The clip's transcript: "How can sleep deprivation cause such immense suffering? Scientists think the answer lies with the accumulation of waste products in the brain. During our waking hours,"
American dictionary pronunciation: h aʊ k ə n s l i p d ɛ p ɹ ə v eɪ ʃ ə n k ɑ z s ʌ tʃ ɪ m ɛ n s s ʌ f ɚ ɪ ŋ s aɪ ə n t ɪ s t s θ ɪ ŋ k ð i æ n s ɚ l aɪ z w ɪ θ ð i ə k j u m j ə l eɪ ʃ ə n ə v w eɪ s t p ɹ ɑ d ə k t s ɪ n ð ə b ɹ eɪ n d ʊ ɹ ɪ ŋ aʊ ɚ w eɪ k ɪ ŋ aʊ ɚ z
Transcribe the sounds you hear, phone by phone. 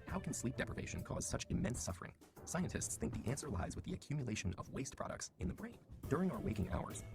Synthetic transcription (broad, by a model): h aʊ k n s l i p d ɛ p ɹ ə v eɪ ʃ ə n k ɑ z s ʌ tʃ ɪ m ɛ n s s ʌ f ɚ ɪ ŋ s aɪ ə n t ɪ s t s θ ɪ ŋ k ð i æ n s ɚ l aɪ z w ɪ ð i ə k j u m j ə l eɪ ʃ ə n ə v w eɪ s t p ɹ ɑ d ə k t s ɪ n ð ə b ɹ eɪ n d ʊ ɹ ɪ ŋ aʊ ɚ w eɪ k ɪ ŋ aʊ ɚ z